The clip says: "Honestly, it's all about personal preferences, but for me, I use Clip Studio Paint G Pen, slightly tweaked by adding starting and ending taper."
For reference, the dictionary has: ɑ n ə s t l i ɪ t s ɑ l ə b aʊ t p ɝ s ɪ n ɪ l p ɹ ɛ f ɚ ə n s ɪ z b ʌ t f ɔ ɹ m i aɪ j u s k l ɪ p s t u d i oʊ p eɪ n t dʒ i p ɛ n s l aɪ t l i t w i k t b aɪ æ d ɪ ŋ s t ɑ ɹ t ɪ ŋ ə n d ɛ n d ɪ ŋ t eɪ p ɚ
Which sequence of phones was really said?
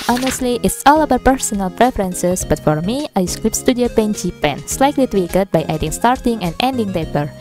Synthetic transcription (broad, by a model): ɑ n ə s t l i ɪ t s ɑ l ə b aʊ p ɝ s ɪ n ɪ l p ɹ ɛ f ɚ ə n s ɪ s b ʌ t f ɔ ɹ m i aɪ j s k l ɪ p s t u d i oʊ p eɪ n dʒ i p ɛ n s l aɪ t l i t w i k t b aɪ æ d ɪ ŋ s t ɑ ɹ t ɪ ŋ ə n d ɛ n d ɪ ŋ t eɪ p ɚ